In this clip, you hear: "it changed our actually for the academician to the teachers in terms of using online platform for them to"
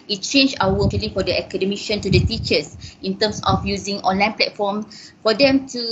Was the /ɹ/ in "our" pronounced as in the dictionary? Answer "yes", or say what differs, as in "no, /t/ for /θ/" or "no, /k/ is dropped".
no, /w/ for /ɹ/